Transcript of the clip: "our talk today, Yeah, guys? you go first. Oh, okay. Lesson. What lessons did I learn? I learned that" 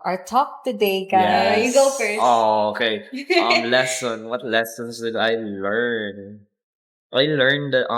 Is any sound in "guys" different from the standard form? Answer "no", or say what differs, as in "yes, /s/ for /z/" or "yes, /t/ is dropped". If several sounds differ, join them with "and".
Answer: yes, /z/ is dropped